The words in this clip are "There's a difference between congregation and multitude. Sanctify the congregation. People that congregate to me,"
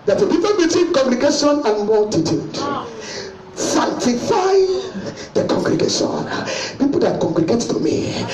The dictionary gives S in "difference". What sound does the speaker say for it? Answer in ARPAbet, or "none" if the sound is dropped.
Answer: none